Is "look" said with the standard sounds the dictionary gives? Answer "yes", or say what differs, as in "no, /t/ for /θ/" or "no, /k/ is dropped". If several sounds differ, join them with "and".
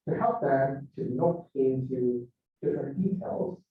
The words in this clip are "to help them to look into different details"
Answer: no, /n/ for /l/